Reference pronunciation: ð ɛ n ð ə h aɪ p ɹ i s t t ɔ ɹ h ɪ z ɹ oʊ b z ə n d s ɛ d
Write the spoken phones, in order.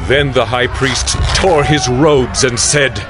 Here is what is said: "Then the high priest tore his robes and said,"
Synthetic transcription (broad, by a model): ð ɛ n ð ə h aɪ p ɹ i s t t ɔ ɹ ɪ z ɹ oʊ b z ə n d s ɛ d